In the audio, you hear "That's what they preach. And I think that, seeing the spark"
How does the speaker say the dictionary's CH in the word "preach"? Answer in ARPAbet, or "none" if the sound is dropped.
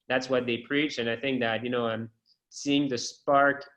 CH